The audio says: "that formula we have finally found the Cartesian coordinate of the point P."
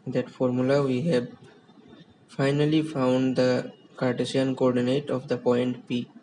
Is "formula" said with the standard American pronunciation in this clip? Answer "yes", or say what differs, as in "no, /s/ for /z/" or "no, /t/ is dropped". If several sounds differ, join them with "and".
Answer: yes